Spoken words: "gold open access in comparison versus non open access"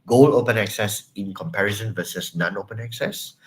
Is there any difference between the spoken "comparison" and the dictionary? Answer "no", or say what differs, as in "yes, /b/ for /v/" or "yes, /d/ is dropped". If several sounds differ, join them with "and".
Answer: no